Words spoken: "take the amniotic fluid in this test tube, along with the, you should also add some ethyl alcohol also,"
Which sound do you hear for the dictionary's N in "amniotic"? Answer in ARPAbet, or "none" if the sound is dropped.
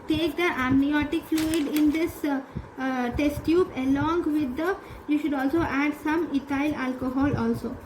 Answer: N